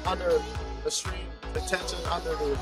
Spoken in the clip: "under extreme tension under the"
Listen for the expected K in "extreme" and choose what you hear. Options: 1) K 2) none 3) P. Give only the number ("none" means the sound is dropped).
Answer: 2